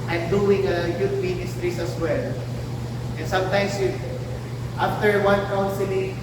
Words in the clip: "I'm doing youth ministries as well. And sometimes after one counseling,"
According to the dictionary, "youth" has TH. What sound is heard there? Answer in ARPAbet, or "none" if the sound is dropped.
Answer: T